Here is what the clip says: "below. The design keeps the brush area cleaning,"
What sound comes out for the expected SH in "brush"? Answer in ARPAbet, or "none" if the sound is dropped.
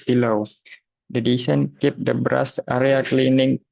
S